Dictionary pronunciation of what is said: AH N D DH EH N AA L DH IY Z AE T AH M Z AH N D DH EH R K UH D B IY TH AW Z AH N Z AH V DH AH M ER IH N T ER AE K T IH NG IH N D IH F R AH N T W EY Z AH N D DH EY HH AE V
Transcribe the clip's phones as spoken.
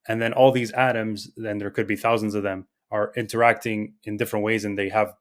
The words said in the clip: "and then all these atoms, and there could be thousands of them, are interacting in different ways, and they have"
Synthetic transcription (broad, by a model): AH N DH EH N AA L DH IY Z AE T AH M Z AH N DH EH R K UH D B IY TH AW Z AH N Z AH V DH AH M ER IH N T ER AE K T IH NG IH N D IH F R AH N T W EY Z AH N DH EY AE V